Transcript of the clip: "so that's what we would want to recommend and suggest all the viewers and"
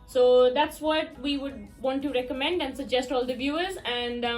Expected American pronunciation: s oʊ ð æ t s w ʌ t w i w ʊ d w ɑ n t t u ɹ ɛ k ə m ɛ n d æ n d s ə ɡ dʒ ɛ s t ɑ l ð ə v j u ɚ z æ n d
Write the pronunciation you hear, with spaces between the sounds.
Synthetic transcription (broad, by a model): s oʊ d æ t s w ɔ t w i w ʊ d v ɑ n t t u ɹ ɛ k ə m ɛ n d æ n d s ə ɡ dʒ ɛ s t ɑ l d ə v j u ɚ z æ n d